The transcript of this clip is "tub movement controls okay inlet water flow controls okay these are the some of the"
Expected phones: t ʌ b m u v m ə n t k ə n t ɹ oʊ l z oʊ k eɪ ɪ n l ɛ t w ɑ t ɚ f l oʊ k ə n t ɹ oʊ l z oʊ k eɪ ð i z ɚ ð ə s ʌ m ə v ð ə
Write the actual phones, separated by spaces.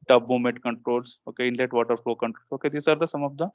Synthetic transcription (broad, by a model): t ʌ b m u m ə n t k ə n t ɹ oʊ l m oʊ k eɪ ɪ n l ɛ t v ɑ t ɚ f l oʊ k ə n t ɹ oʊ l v oʊ k eɪ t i s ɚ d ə s ʌ m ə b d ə